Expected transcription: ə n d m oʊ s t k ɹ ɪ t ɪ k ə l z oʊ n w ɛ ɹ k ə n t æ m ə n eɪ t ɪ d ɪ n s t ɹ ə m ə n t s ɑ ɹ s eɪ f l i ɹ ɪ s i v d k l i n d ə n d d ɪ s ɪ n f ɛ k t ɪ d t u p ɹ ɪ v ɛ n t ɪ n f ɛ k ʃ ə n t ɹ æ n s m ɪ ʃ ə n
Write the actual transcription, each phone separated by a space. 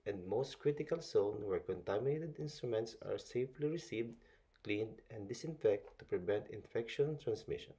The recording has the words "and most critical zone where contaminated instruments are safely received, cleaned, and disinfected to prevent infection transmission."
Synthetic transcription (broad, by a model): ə n d m oʊ s t k ɹ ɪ t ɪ k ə l s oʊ n w ɛ ɹ k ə n t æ m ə n eɪ t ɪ d ɪ n s t ɹ ə m ə n t s ɑ ɹ s eɪ f l i ɹ ɪ s i v d k l i n d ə n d d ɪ s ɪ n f ɛ k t t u p ɹ ɪ v ɛ n t ɪ n f ɛ k ʃ ə n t ɹ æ n s m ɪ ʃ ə n